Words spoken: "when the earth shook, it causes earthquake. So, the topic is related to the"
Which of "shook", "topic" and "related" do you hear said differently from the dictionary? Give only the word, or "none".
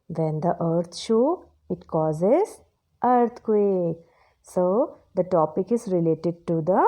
shook